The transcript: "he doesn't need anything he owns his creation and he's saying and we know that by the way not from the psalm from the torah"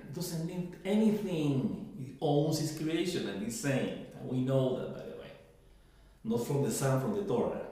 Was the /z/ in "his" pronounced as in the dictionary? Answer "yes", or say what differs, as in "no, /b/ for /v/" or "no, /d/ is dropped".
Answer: no, /s/ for /z/